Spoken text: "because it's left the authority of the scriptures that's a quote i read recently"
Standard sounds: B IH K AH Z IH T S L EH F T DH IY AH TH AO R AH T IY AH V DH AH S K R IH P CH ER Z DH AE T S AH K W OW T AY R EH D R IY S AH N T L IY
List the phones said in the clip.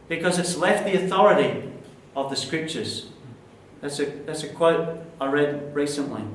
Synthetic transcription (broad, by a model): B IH K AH Z IH T S L EH F T DH IY AH TH AO R AH T IY AH V DH AH S K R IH P CH ER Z DH AE T S AH K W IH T AY R EH D R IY S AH N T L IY